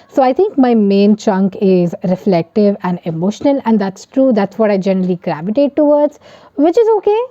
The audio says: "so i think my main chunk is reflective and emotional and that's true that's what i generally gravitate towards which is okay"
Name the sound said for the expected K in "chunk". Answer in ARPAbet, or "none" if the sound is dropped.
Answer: K